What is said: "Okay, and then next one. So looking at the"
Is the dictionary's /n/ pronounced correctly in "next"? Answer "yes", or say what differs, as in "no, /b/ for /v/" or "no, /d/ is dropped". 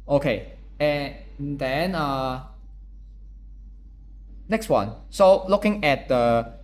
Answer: yes